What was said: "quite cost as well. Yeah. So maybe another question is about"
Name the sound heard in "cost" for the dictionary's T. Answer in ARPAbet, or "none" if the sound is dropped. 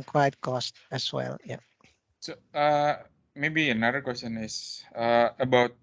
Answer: T